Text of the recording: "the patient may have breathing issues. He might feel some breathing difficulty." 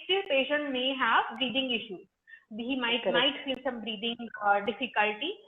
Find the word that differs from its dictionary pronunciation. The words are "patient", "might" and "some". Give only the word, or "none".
none